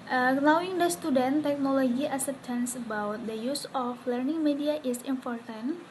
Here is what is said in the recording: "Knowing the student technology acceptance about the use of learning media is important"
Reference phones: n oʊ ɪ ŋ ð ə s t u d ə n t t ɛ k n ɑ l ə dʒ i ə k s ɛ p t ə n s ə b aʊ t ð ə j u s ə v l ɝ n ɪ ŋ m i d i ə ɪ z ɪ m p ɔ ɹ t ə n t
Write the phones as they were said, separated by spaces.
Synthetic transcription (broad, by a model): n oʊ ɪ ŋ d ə s t u d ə n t t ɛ k n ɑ l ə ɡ i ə s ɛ t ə n s ə b aʊ t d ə j u s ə f l ɝ n ɪ ŋ m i d i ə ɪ s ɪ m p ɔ ɹ t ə n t